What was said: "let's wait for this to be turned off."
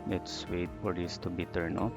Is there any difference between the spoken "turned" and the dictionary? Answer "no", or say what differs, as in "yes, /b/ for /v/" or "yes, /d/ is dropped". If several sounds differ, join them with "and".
yes, /d/ is dropped